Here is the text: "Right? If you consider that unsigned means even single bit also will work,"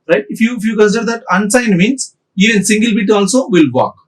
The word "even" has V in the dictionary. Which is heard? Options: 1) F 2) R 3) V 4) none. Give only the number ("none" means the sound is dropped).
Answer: 4